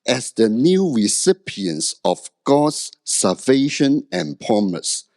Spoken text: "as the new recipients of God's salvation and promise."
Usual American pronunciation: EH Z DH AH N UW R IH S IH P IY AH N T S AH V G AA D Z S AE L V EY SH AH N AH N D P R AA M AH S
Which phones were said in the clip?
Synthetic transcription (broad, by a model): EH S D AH N UW R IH S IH P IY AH N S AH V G AA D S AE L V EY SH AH N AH N P R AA M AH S